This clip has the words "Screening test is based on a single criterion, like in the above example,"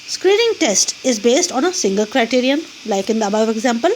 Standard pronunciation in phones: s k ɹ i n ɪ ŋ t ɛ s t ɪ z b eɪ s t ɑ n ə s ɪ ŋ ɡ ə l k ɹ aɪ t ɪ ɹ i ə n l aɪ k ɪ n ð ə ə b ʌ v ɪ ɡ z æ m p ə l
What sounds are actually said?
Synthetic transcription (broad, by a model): s k ɹ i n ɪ ŋ t ɛ s t ɪ z b eɪ s t ɑ n ə s ɪ ŋ ɡ ə l k ɹ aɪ t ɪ ɹ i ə n l aɪ k ɪ n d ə ə b ʌ v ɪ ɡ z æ m p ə l